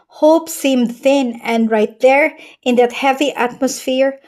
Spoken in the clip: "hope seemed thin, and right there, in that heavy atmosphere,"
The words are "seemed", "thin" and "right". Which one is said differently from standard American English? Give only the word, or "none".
none